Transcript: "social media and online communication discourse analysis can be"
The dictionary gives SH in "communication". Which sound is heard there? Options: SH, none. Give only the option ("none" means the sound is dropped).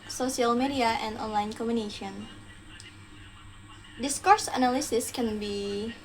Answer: none